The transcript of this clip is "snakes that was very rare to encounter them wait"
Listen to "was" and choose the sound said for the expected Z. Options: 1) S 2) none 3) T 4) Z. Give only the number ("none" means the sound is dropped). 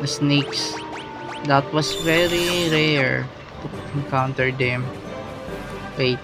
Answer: 1